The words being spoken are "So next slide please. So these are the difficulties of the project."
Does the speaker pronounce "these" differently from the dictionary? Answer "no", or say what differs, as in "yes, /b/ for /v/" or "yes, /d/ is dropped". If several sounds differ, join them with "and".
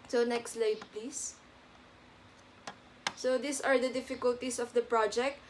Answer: yes, /s/ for /z/